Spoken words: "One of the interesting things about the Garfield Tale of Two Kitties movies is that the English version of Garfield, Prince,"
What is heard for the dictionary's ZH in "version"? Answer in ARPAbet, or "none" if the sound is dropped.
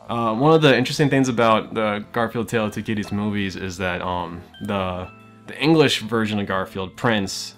ZH